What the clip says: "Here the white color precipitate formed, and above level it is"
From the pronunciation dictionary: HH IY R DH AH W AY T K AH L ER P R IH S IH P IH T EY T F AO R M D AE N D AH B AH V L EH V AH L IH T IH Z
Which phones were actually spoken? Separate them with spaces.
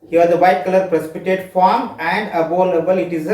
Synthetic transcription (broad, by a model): HH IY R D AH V AY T K AH L ER P R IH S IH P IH T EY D F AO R M AE N D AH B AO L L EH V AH L IH T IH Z